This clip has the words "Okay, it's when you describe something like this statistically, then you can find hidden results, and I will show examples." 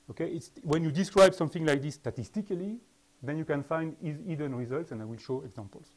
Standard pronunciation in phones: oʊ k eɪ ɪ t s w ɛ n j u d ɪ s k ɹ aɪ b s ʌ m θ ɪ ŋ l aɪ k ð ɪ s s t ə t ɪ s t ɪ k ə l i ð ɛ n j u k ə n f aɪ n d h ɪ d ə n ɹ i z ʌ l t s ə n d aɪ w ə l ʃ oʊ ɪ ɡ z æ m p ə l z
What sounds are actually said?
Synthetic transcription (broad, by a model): oʊ k eɪ ɪ t s w ɛ n j u d ɪ s k ɹ aɪ b s ʌ m θ ɪ ŋ l aɪ k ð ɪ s s t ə t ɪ s t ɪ k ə l i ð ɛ n j u k ə n f aɪ n d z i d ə n ɹ i z ʌ l t s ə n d aɪ w ə l ʃ oʊ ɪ ɡ z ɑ m p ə l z